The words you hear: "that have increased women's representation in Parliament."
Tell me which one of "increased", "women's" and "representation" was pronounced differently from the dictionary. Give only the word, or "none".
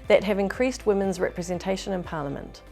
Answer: none